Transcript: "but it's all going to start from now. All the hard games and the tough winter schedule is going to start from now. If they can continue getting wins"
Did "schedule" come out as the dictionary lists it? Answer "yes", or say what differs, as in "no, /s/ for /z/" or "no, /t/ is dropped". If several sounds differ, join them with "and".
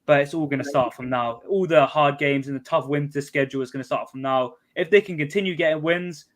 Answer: yes